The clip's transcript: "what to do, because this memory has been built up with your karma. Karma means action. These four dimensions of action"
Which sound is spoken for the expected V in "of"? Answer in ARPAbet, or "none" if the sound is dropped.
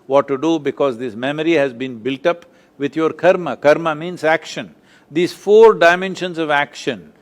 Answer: V